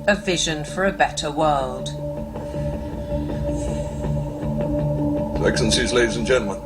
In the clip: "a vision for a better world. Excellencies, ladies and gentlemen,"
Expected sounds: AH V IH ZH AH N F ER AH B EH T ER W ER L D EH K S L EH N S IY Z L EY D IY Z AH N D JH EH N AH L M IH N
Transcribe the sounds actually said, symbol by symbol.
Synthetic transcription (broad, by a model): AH V IH ZH AH N F ER AH B EH T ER W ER L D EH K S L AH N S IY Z L EY D IY Z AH N JH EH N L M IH N